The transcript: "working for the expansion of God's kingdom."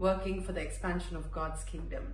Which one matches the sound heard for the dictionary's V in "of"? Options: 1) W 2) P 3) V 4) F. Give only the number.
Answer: 3